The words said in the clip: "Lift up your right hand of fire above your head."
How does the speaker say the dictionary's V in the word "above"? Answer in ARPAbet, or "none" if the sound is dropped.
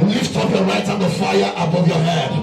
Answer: V